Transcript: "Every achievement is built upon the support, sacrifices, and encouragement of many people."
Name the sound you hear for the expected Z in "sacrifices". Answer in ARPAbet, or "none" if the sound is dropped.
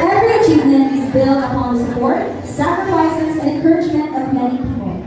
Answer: Z